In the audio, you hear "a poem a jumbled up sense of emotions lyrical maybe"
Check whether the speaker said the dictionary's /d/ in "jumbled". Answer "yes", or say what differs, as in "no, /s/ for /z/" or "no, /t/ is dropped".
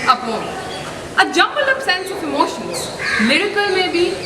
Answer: no, /d/ is dropped